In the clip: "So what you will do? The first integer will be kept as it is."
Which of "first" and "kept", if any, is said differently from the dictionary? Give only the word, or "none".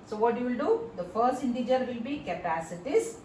kept